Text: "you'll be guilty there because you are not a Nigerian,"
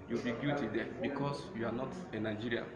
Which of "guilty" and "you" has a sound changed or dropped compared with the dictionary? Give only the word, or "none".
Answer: guilty